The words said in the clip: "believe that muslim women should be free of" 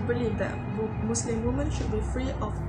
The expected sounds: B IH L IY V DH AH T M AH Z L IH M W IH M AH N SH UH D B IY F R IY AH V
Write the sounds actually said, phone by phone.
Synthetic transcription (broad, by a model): B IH L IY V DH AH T M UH S L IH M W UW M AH N SH UH D B IY F R IY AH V